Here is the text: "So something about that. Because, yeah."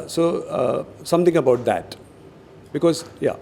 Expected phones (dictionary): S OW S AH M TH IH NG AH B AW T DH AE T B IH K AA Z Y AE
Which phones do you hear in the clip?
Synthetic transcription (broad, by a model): S OW S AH M T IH NG AH B AW T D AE T B IH K AA Z Y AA